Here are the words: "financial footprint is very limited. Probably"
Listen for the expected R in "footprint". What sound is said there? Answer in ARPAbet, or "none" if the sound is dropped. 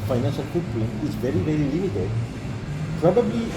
L